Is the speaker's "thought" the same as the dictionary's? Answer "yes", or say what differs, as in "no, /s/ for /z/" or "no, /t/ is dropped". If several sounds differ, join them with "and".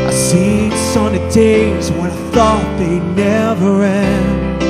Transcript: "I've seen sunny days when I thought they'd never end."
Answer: yes